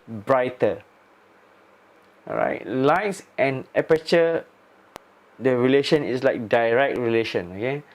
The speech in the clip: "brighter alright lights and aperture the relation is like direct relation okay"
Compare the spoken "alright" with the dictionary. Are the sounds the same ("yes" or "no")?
no